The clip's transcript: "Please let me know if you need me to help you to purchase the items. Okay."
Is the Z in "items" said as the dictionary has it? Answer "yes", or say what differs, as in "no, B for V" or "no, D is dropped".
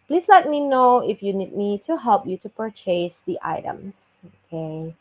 no, S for Z